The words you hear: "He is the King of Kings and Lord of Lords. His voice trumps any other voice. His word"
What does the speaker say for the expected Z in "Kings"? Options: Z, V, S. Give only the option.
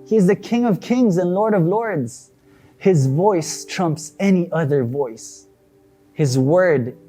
Z